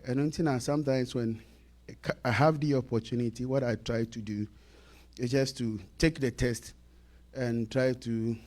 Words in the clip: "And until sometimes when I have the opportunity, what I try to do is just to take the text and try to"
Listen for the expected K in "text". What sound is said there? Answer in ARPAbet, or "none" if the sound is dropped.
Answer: none